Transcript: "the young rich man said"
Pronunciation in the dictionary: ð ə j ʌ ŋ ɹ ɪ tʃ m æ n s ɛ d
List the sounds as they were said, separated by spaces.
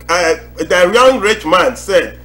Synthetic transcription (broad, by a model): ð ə j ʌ ŋ ɹ ɪ tʃ m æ n s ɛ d